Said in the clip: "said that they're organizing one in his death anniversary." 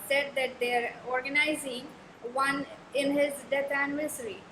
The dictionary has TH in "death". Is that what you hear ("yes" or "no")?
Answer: no